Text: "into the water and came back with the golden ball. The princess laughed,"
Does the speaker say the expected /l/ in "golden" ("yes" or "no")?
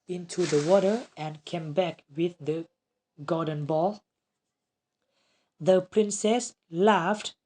no